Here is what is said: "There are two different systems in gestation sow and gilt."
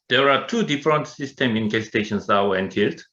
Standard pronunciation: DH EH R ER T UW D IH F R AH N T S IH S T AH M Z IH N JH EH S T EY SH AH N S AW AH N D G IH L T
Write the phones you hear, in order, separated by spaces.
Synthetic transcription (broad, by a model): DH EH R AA T UW D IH F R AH N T S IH S T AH M IH N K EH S T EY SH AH N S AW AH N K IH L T